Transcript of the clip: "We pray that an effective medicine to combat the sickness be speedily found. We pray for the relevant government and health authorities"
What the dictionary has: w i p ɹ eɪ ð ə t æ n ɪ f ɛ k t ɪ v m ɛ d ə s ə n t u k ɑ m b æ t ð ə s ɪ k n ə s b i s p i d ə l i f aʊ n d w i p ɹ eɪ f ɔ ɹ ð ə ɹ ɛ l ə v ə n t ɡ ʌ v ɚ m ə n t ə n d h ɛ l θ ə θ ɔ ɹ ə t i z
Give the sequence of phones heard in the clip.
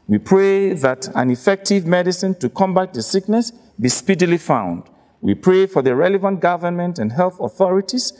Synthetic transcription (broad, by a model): w i p ɹ eɪ ð ə t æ n ɪ f ɛ k t ɪ v m ɛ d ə s ə n t u k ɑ m b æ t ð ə s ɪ k n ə s b i s p i d ə l i f aʊ n d w i p ɹ eɪ f ɔ ɹ ð ə ɹ ɛ l ə v ə n t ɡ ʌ v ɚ m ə n t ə n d h ɛ l θ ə θ ɔ ɹ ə t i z